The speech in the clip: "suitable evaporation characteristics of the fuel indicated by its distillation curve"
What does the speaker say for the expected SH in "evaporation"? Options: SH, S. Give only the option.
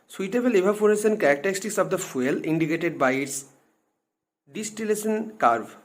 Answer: S